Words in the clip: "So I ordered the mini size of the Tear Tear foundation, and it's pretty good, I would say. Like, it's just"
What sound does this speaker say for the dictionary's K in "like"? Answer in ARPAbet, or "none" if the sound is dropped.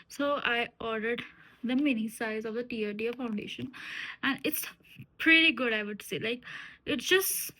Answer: K